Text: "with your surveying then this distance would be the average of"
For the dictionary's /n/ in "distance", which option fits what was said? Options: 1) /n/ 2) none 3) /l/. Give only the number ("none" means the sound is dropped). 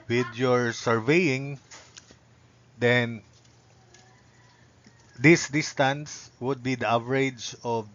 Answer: 1